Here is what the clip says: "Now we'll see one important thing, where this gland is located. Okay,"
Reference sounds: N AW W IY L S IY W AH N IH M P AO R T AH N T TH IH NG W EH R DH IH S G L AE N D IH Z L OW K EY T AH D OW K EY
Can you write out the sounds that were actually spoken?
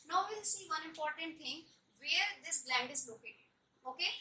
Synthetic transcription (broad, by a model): N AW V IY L S IY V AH N IH M P AO R T AH N T T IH NG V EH R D IH S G L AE N D IH Z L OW K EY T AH OW K EY